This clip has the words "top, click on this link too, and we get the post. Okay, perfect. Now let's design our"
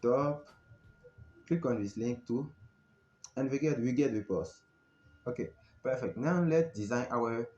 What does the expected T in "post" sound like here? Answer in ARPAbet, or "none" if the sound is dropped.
none